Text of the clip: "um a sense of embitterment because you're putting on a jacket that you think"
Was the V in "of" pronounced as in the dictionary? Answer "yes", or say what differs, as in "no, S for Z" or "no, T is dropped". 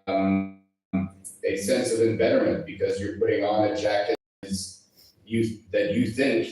yes